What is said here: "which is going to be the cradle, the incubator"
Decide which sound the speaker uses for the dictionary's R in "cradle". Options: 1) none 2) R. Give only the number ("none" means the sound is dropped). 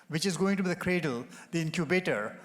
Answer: 2